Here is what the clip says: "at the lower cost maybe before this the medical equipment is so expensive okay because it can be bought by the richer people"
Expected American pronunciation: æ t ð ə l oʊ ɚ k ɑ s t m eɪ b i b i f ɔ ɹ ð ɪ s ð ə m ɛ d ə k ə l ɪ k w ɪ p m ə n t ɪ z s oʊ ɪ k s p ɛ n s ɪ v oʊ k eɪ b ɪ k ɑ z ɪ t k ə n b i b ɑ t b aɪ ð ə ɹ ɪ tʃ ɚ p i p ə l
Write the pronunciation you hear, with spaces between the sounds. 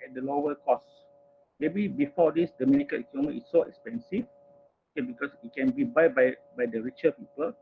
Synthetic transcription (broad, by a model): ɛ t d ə l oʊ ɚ k ɑ s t m eɪ b i b i f ɔ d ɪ s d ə m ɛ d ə k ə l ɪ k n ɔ m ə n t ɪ s oʊ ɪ k s p ɛ n s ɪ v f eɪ b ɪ k ɑ s ɪ t k ə n b i b ɑ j b aɪ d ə ɹ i tʃ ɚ p i p ə l